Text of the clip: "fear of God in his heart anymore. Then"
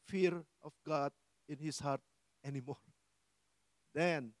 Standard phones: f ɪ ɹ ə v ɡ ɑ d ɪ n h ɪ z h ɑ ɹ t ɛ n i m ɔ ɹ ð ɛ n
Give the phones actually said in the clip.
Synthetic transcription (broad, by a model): f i ɹ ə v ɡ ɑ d ɪ n h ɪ s h ɑ ɹ t ɛ n i m ɔ ɹ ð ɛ n